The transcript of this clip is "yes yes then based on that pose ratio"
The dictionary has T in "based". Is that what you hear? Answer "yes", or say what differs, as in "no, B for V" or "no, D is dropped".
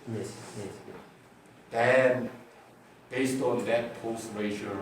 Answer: yes